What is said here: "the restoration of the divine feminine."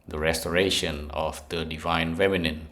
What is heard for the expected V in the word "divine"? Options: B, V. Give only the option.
V